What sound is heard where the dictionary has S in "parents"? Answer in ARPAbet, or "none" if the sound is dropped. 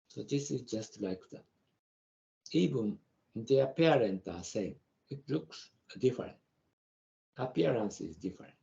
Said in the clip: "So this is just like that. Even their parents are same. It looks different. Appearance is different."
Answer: none